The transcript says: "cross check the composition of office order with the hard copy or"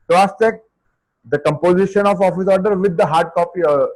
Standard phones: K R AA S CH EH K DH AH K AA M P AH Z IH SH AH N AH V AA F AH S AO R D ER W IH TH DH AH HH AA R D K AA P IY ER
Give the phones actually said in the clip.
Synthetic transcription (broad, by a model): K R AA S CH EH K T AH K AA M P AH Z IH SH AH N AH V AA F AH S AO R D ER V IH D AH HH AA R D K AA P IY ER